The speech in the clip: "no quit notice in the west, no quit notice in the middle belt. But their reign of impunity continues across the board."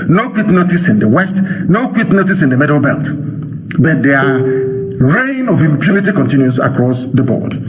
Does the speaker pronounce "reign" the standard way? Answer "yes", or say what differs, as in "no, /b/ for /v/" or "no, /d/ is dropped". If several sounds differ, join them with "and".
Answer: yes